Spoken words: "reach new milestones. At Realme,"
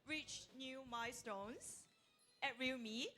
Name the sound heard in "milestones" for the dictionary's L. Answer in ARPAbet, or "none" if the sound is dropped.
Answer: none